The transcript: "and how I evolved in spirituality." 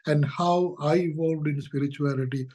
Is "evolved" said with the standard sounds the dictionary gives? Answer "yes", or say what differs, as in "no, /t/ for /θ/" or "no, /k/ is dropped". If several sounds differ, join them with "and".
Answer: yes